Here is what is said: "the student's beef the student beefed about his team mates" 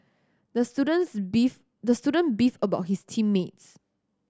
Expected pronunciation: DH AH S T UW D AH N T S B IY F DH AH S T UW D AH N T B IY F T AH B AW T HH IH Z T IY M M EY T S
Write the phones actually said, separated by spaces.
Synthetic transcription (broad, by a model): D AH S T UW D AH N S B IY F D AH S T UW D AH N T B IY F AH B AW T HH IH S T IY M M EY T S